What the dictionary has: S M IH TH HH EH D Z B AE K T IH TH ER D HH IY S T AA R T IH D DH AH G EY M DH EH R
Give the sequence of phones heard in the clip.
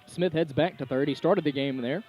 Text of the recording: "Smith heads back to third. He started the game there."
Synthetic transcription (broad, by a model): S M IH TH HH EH D Z B AE K T IH TH ER D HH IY S T AA R T IH D DH AH G EY M DH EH R